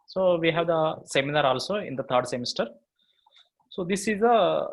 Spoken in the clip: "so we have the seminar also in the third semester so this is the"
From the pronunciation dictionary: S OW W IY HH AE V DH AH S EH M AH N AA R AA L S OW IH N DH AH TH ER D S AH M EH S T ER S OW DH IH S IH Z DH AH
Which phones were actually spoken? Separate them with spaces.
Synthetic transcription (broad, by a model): S OW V IY HH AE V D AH S EH M AH N AA R AA L S OW IH N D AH T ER D S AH M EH S T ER S OW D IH S IH Z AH